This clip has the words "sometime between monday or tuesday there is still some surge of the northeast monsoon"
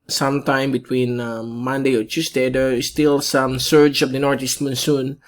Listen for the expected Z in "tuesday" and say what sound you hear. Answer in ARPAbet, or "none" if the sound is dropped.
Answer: S